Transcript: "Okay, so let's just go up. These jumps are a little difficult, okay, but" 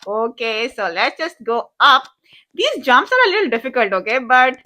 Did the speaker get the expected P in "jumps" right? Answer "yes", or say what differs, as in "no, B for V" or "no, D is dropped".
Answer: no, P is dropped